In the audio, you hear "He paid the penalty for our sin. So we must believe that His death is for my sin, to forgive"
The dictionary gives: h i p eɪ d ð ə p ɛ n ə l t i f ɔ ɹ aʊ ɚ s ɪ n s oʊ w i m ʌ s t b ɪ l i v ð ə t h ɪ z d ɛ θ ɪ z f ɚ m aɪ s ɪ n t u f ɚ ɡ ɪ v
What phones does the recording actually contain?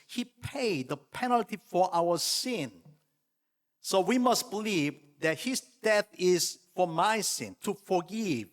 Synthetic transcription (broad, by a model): h i p eɪ d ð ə p ɛ n ə l t i f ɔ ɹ aʊ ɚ s ɪ n s oʊ w i m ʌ s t b ɪ l i v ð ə t h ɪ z d ɛ θ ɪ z f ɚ m aɪ s ɪ n t u f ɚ ɡ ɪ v